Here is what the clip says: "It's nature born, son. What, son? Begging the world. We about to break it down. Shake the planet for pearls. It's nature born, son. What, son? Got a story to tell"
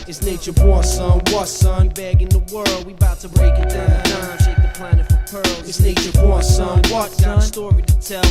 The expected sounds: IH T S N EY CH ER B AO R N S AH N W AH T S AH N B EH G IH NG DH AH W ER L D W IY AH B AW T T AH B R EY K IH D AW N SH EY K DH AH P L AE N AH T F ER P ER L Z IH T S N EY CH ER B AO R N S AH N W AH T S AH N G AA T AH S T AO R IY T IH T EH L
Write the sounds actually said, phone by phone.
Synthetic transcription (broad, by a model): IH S N EY CH ER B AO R S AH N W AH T S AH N B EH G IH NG DH AH W ER L D W IY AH B AW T T AH B R EY K IH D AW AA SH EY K DH AH P L AE N AH T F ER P ER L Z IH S N EY CH ER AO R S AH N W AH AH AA AH S T AO R IY T IH T EH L